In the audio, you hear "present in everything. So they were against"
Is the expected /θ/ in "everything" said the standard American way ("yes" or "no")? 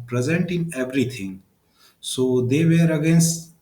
no